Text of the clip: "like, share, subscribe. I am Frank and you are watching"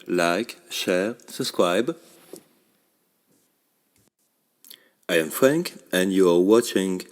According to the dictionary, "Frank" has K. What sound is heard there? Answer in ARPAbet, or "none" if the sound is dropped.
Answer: K